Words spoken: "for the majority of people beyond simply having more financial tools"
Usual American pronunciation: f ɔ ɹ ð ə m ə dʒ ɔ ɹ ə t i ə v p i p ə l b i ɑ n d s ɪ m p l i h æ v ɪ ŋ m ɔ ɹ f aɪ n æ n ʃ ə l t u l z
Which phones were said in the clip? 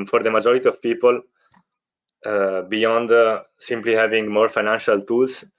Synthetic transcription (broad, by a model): f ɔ ɹ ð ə m ə dʒ ɔ ɹ ə t i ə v p i p ə l b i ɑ n d s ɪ m p l i h æ v ɪ ŋ m ɔ ɹ f aɪ n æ n ʃ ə l t u l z